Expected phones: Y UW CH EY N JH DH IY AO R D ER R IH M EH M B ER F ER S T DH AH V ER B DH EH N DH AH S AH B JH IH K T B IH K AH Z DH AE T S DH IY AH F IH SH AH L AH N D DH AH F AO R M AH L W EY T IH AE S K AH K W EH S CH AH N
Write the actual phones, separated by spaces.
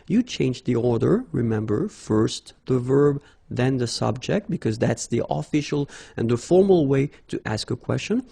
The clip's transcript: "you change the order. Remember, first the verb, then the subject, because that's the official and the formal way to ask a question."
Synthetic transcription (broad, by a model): Y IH CH EY N JH DH IY AO R D ER R IH M EH M B ER F ER S T DH AH V ER B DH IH N DH AH S AH B JH IH K T B IH K AH Z DH AE T S DH IY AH F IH SH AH L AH N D DH AH F AO R M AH L W EY T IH AE S K AH K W EH S CH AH N